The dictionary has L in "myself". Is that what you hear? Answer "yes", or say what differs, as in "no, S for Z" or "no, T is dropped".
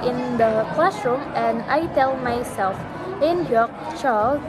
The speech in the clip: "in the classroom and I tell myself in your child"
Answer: yes